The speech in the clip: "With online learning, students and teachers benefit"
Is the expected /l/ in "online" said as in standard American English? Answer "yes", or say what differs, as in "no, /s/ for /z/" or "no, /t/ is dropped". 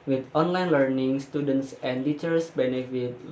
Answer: yes